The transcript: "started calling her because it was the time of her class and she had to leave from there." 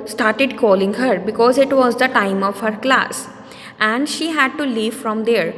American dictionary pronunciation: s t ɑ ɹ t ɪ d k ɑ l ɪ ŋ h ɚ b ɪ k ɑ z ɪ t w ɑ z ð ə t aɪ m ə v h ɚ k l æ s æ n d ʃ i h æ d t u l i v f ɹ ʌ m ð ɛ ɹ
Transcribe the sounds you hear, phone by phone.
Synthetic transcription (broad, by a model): s t ɑ ɹ t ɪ d k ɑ l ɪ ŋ h ɚ b ɪ k ɑ z ɪ t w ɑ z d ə t aɪ m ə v h ɚ k l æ s æ n d ʃ i h æ d t u l i v f ɹ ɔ m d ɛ ɹ